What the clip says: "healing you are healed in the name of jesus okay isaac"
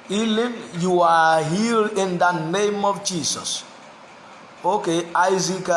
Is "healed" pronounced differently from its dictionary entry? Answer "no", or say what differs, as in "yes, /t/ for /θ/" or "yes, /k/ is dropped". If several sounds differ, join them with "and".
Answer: yes, /d/ is dropped